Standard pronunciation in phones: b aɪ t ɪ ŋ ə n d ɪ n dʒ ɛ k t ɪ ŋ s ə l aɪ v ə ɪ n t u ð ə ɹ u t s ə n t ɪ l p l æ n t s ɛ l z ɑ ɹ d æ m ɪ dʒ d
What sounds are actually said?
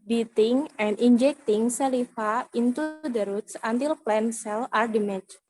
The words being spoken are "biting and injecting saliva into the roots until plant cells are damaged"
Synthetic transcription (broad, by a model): b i t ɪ ŋ ə n d ɪ n dʒ ɛ k t ɪ ŋ s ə l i f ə ɪ n t u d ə ɹ u t s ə n t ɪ l p l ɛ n s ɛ l ɑ ɹ d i m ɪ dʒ